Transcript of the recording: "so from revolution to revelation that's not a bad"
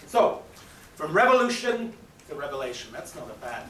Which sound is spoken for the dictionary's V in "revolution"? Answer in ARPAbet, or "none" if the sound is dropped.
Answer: V